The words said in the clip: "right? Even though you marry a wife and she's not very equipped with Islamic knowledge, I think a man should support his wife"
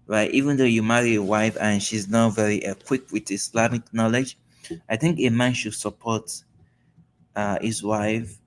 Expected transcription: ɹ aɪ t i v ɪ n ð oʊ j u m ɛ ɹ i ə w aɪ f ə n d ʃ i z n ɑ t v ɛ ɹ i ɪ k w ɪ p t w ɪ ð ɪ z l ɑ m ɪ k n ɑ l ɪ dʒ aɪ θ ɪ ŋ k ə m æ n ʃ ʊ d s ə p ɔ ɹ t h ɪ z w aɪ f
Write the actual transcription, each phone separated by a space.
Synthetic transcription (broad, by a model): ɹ aɪ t i v ɪ n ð oʊ j u m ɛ ɹ i ə w aɪ f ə n ʃ i z n ɑ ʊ v ɛ ɹ i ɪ k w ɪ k w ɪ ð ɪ s l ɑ m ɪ k n ɑ l ɪ dʒ aɪ θ ɪ ŋ k ə m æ n ʃ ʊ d s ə p ɔ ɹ t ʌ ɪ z w aɪ f